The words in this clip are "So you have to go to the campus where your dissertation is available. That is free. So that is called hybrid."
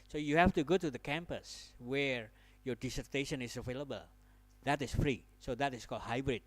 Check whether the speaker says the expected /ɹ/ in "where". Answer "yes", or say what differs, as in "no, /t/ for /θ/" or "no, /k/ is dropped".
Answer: yes